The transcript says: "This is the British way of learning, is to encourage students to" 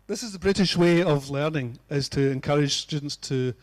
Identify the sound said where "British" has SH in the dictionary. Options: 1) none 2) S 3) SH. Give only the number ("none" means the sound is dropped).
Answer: 3